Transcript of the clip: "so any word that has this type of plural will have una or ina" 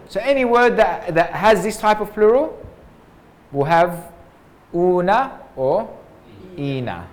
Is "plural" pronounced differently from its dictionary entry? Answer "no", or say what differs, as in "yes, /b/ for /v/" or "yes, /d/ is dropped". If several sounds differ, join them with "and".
no